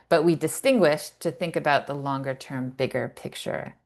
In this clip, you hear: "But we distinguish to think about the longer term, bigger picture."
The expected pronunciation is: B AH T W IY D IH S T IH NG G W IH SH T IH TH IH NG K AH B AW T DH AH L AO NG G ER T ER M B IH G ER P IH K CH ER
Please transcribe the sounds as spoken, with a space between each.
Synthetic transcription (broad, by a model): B AH T W IY D IH S T IH NG G W IH SH T IH TH IH NG K AH B AW T DH AH L AO NG G ER T ER M B IH G ER P IH K CH ER